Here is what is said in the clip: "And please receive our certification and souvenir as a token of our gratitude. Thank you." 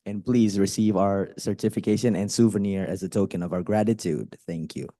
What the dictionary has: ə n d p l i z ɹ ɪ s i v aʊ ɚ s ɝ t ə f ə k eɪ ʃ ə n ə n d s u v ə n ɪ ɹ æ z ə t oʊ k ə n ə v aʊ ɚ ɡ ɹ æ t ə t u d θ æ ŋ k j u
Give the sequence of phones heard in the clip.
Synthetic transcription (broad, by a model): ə n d p l i z ɹ ɪ s i v aʊ ɚ s ɝ t ə f ə k eɪ ʃ ə n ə n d s u v ə n ɪ ɹ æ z ə t oʊ k ə n ə v aʊ ɚ ɡ ɹ æ t ə t u d θ æ ŋ k j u